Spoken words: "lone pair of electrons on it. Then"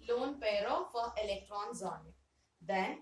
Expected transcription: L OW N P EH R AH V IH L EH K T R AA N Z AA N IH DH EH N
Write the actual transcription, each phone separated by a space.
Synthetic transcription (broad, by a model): L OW N P EH R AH F IH L EH K T R AA N Z AA N IH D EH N